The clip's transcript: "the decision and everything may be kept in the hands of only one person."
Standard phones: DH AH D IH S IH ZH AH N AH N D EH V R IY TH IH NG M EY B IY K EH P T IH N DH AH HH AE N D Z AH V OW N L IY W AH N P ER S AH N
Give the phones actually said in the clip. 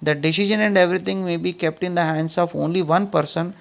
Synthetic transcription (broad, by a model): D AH D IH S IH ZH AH N AH N D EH V R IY T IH NG M EY B IY K EH P T IH N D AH HH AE N D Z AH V OW N L IY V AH N P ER S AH N